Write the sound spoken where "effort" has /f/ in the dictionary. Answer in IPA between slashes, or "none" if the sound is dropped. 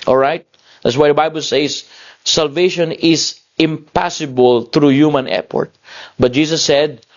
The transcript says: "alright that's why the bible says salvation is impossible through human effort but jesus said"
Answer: /p/